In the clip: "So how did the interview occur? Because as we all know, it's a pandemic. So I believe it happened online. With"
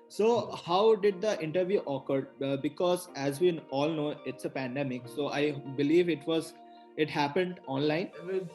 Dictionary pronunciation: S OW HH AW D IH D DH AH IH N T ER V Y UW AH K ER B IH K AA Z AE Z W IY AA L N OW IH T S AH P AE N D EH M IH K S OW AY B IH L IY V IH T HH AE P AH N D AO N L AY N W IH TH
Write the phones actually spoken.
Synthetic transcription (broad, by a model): S OW HH AW D IH D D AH IH N T ER V Y UW AH K ER B IH K AA Z AE Z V IY AA L N OW IH T S AH P AE N D EH M IH K S OW AY B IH L IY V IH T HH AE P AH N D AO N L AY N